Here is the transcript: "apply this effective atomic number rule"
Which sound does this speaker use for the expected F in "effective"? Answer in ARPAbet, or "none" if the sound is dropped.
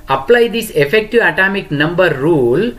F